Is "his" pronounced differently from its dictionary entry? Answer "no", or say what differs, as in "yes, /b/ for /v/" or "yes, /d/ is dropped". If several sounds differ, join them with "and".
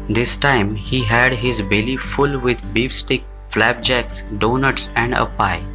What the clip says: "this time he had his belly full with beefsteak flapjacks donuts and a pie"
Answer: no